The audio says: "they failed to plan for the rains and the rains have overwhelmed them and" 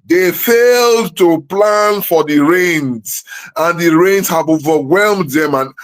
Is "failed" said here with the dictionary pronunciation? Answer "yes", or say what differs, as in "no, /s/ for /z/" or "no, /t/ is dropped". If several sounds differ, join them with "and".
yes